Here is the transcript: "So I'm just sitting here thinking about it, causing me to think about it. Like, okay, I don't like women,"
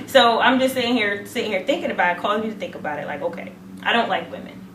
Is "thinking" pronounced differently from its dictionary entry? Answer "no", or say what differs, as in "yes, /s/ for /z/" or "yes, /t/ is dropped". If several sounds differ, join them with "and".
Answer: no